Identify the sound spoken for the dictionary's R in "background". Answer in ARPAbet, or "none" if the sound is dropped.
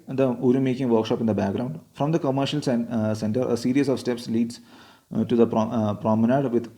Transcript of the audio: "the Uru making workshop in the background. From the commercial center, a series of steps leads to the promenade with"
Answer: R